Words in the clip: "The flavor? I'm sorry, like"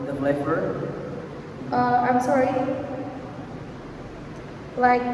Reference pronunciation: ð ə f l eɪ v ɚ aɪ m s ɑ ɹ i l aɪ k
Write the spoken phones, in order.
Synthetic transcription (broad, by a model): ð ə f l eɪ f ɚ aɪ m s ɑ ɹ i l aɪ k